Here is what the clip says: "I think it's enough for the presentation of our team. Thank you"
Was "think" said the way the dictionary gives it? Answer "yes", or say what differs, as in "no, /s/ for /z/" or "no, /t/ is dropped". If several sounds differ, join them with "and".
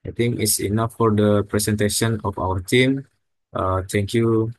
no, /t/ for /θ/